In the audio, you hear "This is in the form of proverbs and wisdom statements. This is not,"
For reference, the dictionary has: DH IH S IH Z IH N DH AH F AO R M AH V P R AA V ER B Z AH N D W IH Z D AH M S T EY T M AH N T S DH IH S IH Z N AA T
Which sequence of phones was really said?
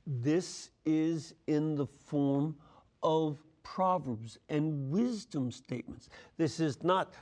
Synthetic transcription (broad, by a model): DH IH S IH Z IH N DH AH F AO R M AH V P R AA V ER B Z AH N W IH Z D AH M S T EY T M AH N T S DH IH S IH Z N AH T